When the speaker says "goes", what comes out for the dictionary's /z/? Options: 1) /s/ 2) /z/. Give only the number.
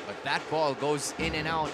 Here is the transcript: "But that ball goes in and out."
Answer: 2